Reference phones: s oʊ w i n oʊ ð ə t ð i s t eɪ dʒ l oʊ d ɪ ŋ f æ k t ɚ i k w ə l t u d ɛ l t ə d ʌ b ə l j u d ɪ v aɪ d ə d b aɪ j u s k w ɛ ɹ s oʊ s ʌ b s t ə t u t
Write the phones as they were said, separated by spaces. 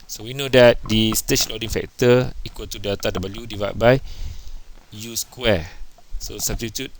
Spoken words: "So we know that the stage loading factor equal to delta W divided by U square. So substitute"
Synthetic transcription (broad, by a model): s oʊ w i n oʊ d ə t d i s t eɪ tʃ l oʊ d ɪ ŋ f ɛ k t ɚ i k w ə l t u d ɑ t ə d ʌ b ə l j u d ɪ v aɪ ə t b aɪ j u s k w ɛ s oʊ s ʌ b s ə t u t